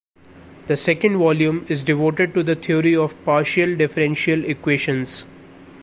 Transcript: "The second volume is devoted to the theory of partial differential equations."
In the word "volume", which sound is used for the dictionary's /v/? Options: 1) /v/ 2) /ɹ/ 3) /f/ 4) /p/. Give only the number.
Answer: 1